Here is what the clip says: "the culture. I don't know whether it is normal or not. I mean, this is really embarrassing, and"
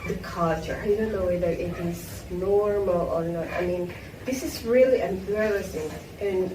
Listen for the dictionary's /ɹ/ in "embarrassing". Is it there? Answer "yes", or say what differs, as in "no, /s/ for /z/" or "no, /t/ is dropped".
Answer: no, /l/ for /ɹ/